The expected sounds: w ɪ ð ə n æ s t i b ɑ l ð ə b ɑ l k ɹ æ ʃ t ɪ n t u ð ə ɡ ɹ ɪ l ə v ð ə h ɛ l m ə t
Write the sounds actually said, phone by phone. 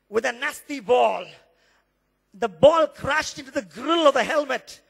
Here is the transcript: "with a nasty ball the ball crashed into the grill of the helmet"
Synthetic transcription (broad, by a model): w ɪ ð ə n æ s t i b ɑ l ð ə b ɑ l k ɹ æ ʃ t ɪ n t u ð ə ɡ ɹ ɪ l ə v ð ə h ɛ l m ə t